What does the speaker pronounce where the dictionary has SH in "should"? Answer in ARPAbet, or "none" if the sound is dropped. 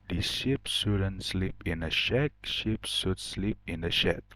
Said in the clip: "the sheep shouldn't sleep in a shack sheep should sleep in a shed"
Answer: S